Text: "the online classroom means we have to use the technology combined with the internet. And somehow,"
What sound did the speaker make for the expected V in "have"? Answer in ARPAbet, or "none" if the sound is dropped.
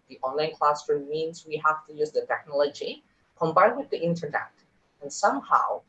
F